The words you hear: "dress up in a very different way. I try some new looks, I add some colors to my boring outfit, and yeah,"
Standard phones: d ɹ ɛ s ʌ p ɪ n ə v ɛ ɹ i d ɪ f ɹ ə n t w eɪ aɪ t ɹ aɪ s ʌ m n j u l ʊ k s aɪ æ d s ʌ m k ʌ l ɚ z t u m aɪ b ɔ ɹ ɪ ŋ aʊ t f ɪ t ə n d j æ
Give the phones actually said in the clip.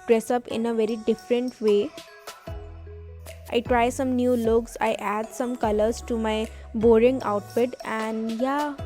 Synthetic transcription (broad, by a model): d ɹ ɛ s ʌ p ɪ n ə v ɛ ɹ i d ɪ f ɹ ə n t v eɪ aɪ t ɹ aɪ s ʌ m n j u l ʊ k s aɪ æ d s ʌ m k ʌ l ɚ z t u m aɪ b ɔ ɹ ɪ ŋ aʊ t p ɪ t ə n d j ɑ